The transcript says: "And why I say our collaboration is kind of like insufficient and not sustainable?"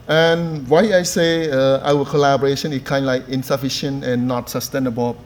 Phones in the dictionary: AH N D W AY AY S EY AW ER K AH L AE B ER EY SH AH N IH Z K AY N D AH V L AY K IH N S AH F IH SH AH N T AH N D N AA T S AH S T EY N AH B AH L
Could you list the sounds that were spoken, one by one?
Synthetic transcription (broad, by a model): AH N W AY AY S EY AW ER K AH L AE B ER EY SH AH N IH S K AY N D L AY K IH N S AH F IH SH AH N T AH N N AA T S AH S T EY N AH B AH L